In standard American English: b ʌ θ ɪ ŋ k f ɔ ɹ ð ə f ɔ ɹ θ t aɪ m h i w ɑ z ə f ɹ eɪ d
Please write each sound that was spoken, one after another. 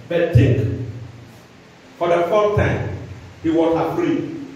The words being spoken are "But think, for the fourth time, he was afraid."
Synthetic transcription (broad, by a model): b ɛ t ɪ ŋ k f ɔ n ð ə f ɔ t aɪ m h i w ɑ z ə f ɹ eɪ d